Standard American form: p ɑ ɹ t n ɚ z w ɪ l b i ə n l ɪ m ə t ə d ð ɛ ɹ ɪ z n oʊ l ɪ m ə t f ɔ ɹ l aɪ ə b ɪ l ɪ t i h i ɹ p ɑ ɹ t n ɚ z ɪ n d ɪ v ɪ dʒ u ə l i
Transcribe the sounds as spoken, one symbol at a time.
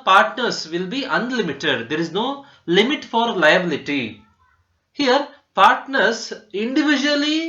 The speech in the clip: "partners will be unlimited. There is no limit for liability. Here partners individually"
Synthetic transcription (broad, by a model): p ɑ ɹ t n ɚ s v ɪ l b i ə n l ɪ m ə t ə d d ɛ ɹ ɪ z n oʊ l ɪ m ə t f ɔ ɹ l aɪ ə b ɪ l ɪ t i h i ɹ p ɑ ɹ t n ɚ s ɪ n d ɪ v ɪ dʒ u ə l i